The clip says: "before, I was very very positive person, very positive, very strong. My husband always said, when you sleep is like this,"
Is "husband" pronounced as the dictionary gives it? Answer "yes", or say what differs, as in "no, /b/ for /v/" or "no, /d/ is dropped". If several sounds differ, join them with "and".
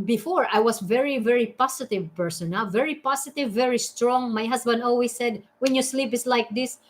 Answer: no, /s/ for /z/